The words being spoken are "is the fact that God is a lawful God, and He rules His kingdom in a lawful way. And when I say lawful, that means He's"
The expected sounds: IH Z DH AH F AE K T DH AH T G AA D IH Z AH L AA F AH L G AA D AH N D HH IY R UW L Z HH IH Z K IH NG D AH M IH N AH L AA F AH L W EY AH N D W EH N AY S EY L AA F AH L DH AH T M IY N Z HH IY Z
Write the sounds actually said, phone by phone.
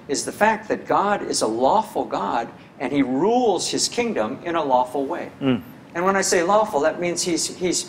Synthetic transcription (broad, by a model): IH Z DH AH F AE K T DH AH T G AA D IH Z AH L AA F L G AA D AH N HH IY R UW L Z HH IH Z K IH NG D AH M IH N AH L AA F L W EY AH N W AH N AY S EY L AA F L DH AH T M IY N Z HH IY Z